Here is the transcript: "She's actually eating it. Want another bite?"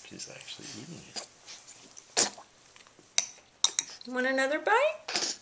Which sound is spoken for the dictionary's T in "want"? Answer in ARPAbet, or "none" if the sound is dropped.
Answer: none